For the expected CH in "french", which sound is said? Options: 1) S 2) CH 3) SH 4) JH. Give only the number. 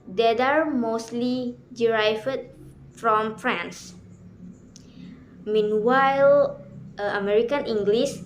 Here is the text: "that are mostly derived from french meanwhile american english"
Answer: 1